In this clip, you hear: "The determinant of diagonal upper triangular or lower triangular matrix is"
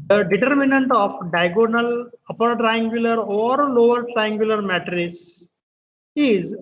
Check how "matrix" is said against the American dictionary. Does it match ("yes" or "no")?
no